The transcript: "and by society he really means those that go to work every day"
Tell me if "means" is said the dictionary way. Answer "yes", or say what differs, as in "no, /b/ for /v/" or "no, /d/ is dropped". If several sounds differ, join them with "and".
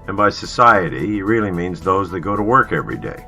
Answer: yes